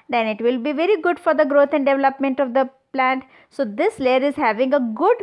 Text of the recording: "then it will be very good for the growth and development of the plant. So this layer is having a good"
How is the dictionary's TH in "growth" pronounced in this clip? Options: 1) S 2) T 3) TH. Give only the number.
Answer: 2